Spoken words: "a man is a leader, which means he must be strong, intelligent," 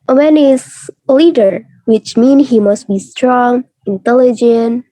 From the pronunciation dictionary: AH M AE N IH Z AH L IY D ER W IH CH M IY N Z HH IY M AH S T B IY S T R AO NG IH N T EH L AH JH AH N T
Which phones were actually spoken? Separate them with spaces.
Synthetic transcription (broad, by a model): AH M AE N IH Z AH L IY D ER W IH CH M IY N HH IY M AH S T B IY S T R AO NG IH N T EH L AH JH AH N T